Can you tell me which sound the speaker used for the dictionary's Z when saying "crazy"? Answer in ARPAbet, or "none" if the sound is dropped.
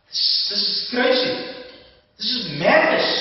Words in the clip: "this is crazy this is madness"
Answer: S